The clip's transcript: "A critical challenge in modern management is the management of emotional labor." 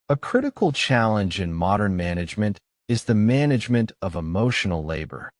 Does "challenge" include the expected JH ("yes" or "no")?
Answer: yes